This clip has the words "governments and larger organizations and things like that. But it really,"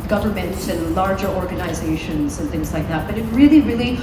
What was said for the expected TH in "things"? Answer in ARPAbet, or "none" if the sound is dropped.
TH